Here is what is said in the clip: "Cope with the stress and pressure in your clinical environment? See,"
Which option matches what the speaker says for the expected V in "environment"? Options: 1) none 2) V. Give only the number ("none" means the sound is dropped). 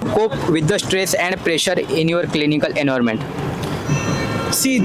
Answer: 1